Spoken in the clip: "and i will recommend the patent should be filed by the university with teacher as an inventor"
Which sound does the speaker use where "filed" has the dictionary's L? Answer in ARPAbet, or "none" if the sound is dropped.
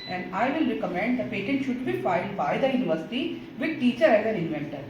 L